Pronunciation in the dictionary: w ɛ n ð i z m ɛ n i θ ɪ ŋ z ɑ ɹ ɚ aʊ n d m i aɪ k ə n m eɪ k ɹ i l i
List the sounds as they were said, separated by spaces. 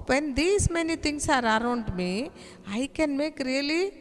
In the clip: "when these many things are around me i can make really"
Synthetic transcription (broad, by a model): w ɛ n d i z m ɛ n i t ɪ ŋ s ɑ ɹ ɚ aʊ n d m i aɪ k ə n m eɪ k ɹ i l i